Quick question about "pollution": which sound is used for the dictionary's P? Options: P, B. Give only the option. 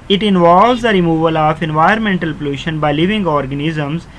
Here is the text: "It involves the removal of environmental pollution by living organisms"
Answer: P